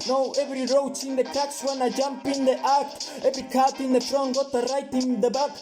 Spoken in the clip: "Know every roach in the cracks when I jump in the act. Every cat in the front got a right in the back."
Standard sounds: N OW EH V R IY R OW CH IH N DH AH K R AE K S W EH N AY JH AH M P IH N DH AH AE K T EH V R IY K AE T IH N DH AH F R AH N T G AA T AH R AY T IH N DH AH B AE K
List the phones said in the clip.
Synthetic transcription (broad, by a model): N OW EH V R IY R OW CH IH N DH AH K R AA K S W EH N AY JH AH M P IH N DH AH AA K EH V R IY K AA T IH N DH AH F R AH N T G AA T AH R AY T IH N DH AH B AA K